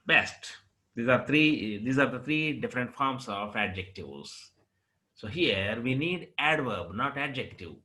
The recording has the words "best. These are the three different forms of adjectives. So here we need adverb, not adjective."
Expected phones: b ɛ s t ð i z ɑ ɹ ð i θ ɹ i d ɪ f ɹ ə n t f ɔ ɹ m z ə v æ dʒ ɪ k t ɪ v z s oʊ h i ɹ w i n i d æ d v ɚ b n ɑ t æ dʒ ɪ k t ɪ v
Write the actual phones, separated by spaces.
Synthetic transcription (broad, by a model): b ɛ s t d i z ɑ ɹ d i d ɹ i d ɪ f ɹ ə n t f ɔ ɹ m s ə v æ dʒ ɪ k t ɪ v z s oʊ h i ɹ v i n i d æ d v ɚ b n ɑ t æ dʒ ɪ k t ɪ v